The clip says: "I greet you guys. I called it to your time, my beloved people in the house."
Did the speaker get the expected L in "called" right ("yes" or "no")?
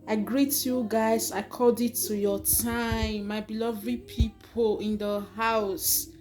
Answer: no